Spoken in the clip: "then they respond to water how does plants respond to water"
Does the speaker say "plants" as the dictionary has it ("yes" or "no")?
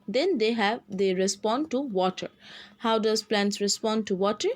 yes